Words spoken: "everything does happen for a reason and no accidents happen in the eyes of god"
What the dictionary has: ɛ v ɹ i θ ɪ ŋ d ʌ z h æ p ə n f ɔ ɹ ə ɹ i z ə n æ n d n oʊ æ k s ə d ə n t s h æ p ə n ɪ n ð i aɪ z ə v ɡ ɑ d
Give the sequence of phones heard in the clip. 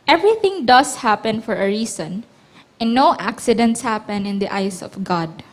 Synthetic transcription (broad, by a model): ɛ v ɹ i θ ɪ ŋ d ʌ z h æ p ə n f ɔ ɹ ə ɹ i s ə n n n oʊ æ k s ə d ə n t s h æ p ə n ɪ n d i aɪ s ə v ɡ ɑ d